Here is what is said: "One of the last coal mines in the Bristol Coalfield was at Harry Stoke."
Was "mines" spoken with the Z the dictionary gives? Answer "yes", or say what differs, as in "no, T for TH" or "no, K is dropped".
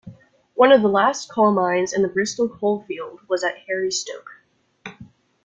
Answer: yes